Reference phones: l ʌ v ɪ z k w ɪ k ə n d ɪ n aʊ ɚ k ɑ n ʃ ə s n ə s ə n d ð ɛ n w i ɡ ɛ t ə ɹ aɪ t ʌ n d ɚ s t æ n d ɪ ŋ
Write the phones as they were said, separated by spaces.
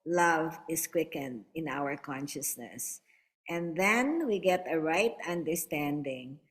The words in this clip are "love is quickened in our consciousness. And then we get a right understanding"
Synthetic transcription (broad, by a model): l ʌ v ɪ s k w ɪ k ə n d ɪ n aʊ ɚ k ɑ n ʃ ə s n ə s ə n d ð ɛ n w i ɡ ɛ t ə ɹ aɪ t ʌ n d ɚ s t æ n d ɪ ŋ